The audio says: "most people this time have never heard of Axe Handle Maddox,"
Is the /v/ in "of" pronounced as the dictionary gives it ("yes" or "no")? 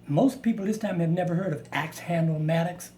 yes